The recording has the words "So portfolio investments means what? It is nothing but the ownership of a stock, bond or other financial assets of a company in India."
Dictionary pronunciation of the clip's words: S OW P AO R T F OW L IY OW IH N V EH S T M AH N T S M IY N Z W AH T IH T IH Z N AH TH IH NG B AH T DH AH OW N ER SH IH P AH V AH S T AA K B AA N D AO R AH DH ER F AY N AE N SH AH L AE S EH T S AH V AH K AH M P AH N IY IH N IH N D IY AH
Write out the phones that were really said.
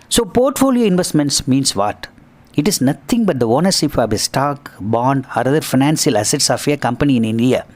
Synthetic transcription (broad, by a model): S OW P AO R T F OW L IY OW IH N V EH S T M AH N T S M IY N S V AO T IH T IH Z N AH T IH NG B AH T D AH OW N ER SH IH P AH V AH S T AA K B AA N D AO R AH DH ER F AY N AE N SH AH L AE S EH T S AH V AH K AH M P AH N IY IH N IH N D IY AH